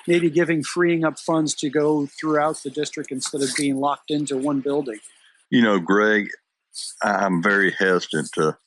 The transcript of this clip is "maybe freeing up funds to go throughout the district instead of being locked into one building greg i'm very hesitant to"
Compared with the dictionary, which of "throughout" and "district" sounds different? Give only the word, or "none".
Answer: none